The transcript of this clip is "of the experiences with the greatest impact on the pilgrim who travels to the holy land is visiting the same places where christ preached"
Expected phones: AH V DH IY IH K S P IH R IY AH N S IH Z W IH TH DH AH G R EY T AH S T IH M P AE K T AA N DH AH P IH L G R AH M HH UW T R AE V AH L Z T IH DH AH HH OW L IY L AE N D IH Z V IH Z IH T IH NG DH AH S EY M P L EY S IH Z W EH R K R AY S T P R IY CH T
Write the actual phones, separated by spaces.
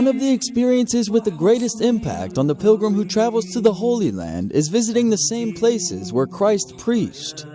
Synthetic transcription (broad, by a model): AH V DH IY IH K S P IH R IY AH N S IH Z W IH DH AH G R EY T AH S T IH M P AE K T N DH AH P IH L G R AH M HH UW T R AE V L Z T IH DH AH HH OW L IY L AE N D IH Z V IH Z IH T IH NG DH AH S EY M P L EY S IH Z W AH R K R AY S T P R IY CH T